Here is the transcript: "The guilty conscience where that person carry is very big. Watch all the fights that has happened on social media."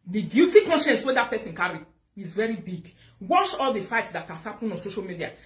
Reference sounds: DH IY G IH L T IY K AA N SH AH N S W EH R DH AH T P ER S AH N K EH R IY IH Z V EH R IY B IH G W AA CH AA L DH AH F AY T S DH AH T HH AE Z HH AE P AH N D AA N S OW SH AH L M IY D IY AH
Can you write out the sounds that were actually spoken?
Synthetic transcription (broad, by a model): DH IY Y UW T IY K AA N SH AH N S W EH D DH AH T P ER S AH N K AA R IY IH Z V EH R IY B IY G W AA SH AA L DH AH F AY T S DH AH T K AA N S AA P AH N AA N S OW SH AH L M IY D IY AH